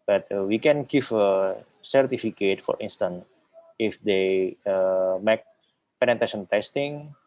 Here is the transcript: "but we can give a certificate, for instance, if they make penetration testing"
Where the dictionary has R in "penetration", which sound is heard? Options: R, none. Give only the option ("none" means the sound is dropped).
none